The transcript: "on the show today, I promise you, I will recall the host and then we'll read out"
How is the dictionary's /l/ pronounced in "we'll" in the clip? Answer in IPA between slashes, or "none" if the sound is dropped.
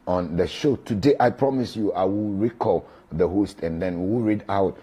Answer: /w/